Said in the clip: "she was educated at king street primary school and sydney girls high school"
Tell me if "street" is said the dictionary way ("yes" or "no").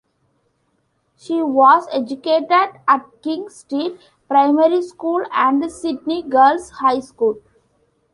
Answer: no